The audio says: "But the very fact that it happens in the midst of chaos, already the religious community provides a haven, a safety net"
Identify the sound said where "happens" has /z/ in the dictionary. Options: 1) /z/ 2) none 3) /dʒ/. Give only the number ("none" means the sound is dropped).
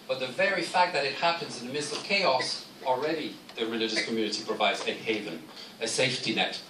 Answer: 1